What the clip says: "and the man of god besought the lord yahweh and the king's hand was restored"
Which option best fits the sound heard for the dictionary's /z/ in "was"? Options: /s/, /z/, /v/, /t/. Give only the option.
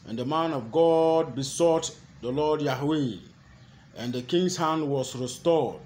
/s/